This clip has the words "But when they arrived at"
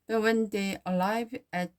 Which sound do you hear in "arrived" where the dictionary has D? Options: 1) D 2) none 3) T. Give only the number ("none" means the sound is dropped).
2